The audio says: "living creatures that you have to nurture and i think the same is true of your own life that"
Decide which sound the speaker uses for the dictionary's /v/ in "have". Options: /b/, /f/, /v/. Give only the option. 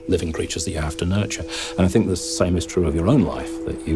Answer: /f/